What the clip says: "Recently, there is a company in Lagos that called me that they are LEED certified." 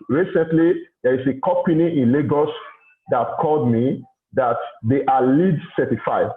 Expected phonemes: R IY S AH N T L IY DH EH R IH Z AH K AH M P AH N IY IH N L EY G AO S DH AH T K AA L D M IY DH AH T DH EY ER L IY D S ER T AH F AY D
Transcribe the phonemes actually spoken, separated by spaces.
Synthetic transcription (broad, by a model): R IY S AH N T L IY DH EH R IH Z AH K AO P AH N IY IH N L EY G AO S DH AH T K AA L D M IY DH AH T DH EY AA L IY D S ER T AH F AY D